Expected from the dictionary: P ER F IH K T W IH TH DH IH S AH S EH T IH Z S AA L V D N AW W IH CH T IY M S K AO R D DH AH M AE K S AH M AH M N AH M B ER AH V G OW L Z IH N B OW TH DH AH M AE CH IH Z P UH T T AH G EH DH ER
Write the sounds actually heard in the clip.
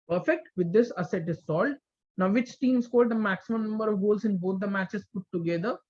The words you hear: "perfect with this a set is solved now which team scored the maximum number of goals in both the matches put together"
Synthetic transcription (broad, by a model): P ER F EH K T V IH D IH S AH S EH T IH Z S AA L D N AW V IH CH T IY M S K AO L D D AH M AE K S AH M AH M N AH M B ER AH V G OW L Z IH N B OW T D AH M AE CH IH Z P UH T T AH G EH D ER